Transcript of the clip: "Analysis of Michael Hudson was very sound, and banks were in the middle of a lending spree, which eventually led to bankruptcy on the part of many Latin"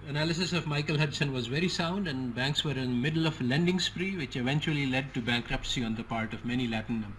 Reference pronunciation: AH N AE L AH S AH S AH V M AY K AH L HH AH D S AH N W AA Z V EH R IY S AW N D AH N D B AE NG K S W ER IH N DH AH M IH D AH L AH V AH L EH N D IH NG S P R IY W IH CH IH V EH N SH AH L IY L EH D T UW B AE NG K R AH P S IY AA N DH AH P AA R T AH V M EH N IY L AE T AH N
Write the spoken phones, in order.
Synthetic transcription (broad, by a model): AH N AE L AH S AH S AH V M AY K AH L HH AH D S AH N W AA Z V EH R IY S AW N D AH N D B AE NG K S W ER IH N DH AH M IH D AH L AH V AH L EH N D IH NG S P R IY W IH CH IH V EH N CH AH L IY L EH D T UW B AE NG K R AH P S IY AA N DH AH P AA R T AH V M EH N IY L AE T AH N